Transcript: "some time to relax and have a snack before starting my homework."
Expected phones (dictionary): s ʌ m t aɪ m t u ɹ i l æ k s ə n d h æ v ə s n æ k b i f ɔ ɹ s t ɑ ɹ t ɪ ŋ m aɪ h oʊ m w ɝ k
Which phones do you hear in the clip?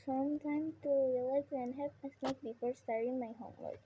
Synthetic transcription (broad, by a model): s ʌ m t aɪ m t u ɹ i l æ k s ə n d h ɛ p ə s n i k b i f ɔ ɹ s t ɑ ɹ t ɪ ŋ m aɪ h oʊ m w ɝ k